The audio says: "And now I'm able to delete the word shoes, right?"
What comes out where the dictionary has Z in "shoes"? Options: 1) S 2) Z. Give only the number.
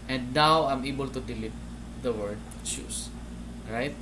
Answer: 1